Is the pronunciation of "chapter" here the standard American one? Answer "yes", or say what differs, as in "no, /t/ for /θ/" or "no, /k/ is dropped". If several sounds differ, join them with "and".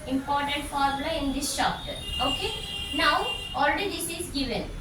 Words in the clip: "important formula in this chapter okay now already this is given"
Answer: no, /ʃ/ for /tʃ/